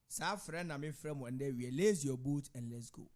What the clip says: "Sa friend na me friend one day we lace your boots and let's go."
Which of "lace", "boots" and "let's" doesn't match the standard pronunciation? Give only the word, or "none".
boots